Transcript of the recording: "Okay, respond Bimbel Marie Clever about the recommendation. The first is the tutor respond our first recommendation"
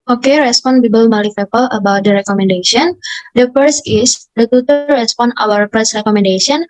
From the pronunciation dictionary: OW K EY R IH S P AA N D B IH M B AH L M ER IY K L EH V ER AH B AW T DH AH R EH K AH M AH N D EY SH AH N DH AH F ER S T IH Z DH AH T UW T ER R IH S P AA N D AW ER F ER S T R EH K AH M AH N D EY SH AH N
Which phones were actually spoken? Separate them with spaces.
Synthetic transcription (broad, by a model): OW K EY R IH S P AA N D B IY B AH L M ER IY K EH P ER AH B AW T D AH R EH K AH M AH N D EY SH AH N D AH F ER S IH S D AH T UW T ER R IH S P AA N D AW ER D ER S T R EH K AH M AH N D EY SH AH N